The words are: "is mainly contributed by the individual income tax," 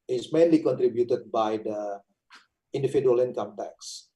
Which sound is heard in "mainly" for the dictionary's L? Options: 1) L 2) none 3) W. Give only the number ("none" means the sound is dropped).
1